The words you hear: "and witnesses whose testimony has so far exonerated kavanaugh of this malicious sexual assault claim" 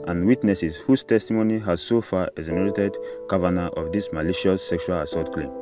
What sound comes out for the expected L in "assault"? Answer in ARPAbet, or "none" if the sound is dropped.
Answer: none